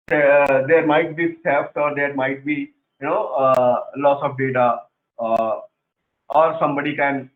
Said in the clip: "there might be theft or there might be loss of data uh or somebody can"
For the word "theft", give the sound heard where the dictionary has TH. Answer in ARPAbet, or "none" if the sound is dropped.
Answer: S